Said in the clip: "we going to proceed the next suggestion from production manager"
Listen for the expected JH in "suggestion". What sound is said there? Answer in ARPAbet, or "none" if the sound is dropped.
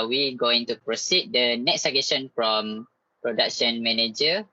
none